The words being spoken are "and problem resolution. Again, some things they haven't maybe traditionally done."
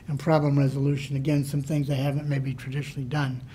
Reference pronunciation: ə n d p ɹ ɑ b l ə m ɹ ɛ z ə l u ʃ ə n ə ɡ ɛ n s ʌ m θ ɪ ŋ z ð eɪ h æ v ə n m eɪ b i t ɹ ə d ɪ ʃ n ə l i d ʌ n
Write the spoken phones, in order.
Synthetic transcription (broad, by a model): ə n p ɹ ɑ b l ə m ɹ ɛ z ə l u ʃ ə n ə ɡ ɛ n s ʌ m θ ɪ ŋ z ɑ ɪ h æ v ə n m eɪ b i t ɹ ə d ɪ ʃ n l i d ʌ n